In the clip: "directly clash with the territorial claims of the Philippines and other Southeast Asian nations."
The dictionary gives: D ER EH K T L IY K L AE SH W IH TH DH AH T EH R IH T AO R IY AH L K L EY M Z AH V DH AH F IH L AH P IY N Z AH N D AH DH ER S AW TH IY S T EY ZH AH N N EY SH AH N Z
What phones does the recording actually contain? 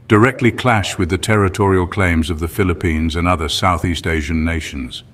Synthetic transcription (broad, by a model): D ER EH K T L IY K L AE SH W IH DH AH T EH R IH T AO R IY AH L K L EY M Z AH V DH AH F IH L AH P IY N Z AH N AH DH ER S AW TH IY S T EY ZH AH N N EY SH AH N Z